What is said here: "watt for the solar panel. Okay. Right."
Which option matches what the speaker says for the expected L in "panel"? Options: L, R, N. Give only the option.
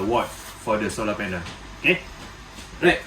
N